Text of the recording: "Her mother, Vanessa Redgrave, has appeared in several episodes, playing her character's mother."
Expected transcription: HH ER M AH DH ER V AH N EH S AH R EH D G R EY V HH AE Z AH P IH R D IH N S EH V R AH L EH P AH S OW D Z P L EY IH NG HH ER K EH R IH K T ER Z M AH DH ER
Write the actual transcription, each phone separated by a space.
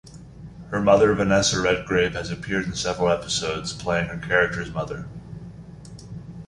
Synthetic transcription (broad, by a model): HH ER M AH DH ER V AH N EH S AH R EH D G R EY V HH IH Z AH P IH R D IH N S EH V R L EH P AH S OW D Z P L EY IH NG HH ER K EH R IH K T ER Z M AH DH ER